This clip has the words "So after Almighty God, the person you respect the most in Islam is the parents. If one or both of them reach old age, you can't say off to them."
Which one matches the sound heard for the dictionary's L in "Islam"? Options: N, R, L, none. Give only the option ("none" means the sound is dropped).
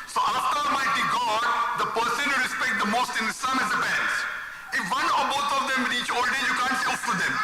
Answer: none